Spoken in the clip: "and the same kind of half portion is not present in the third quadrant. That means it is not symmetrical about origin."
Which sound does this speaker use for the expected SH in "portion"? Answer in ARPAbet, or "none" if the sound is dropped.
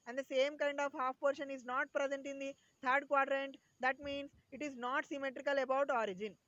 SH